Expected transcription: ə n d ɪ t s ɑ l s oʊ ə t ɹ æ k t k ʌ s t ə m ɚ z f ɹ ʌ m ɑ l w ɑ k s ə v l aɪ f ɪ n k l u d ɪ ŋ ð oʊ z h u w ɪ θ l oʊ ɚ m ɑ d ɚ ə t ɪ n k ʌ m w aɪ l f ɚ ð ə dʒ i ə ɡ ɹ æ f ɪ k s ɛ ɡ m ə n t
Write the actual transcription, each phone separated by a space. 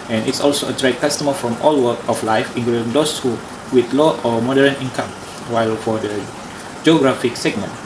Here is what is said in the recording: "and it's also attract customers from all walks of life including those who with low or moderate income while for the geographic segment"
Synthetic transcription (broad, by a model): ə n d ɪ t s ɑ l s oʊ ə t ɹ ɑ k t k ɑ s t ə m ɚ f ɹ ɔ m ɑ l w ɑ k ə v l aɪ f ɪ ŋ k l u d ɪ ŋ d oʊ s h u w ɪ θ l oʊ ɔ m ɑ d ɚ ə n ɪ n k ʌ m w aɪ l f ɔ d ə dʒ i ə ɡ ɹ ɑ f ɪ k s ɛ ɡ m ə n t